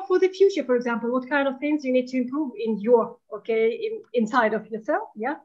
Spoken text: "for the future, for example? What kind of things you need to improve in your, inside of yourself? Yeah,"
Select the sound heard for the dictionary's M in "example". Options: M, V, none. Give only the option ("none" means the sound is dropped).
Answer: M